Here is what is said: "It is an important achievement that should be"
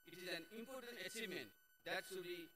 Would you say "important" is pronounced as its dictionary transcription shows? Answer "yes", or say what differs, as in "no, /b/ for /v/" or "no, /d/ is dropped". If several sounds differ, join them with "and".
yes